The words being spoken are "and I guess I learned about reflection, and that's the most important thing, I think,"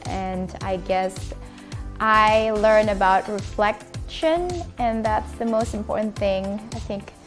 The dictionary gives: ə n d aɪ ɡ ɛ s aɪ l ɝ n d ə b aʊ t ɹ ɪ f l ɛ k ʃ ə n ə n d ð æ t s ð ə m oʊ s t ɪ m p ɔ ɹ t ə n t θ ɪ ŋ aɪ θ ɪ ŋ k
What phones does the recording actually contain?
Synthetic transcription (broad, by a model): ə n aɪ ɡ ɛ s aɪ l ɝ n ə b aʊ t ɹ ɪ f l ɛ k ʃ ə n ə n ð æ t s ð ə m oʊ s t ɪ m p ɔ ɹ t n θ ɪ ŋ aɪ θ ɪ ŋ k